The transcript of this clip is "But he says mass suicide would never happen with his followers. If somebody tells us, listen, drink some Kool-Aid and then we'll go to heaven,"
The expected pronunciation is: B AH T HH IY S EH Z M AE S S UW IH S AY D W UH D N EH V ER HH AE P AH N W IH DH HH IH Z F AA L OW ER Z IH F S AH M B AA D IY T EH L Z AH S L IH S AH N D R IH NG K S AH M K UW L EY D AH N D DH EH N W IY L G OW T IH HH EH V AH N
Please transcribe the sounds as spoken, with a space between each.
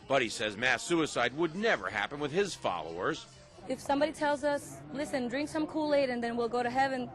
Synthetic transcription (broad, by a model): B AH T HH IY S EH Z M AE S S UW IH S AY D W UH D N EH V ER HH AE P AH N W IH DH IH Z F AA L OW ER Z IH F S AH M B AA D IY T EH L Z AH S L IH S AH N D R IH NG K S AH M K UW L EY D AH N DH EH N W IY L G OW T IH HH EH V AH N